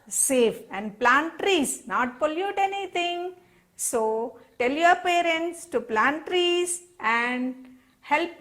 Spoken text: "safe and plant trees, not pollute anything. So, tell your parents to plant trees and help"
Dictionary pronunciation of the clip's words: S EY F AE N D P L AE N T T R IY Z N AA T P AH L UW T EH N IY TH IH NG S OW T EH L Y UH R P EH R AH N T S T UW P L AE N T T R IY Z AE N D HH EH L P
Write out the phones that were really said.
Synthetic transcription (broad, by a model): S EY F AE N D P L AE N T T R IY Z N AA T P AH L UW T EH N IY T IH NG S OW T EH L Y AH R P EH R AH N T S T UW P L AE N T T R IY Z AE N D HH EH L P